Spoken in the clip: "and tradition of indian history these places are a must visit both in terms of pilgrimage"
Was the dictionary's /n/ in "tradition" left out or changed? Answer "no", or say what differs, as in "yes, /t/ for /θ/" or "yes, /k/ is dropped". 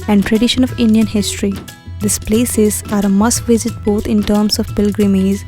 no